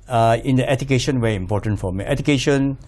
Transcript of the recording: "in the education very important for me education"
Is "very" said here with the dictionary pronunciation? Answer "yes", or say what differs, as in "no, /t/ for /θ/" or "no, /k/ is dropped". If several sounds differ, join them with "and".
no, /w/ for /v/ and /ɹ/ is dropped